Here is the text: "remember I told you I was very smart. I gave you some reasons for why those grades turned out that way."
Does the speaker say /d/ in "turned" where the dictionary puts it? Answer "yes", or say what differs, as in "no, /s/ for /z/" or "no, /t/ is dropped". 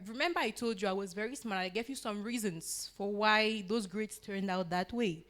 yes